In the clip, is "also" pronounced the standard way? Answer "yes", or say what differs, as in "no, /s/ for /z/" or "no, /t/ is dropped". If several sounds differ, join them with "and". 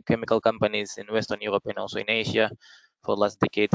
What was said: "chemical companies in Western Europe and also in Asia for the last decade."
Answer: no, /l/ is dropped